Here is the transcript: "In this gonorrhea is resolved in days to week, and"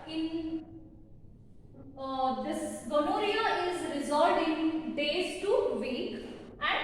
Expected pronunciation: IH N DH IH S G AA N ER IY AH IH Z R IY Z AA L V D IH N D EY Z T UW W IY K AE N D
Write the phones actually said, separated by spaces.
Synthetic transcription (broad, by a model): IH N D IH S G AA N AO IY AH IH Z R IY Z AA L D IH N D EY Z T UW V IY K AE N